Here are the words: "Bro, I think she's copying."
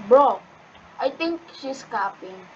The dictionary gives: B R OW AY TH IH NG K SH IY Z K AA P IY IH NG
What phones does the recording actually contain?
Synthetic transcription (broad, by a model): B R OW AY T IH NG K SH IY S K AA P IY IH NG